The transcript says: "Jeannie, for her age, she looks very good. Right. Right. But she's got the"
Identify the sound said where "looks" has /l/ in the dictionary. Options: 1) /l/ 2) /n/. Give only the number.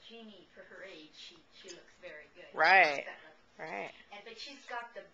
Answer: 1